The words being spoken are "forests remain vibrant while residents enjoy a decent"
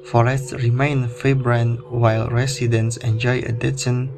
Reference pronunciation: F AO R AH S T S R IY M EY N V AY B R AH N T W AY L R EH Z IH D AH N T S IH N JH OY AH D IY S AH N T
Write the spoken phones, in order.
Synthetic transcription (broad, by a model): F AO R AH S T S R IY M EY N F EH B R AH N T W AY L R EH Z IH D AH N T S IH N JH OY AH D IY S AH N